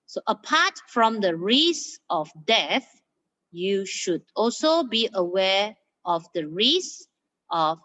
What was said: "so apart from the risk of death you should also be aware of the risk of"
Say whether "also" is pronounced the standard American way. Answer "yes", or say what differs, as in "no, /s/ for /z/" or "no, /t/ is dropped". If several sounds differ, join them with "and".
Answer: yes